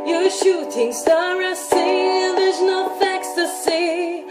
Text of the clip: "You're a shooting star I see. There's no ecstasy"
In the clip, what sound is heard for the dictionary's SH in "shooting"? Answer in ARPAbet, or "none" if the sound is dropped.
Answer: SH